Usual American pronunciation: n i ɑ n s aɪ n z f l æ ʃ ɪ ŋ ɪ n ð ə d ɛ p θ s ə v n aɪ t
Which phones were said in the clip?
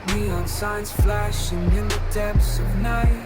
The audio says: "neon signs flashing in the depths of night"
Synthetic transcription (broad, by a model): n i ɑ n s aɪ n z f l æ ʃ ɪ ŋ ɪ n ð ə d ɛ p s ə v n aɪ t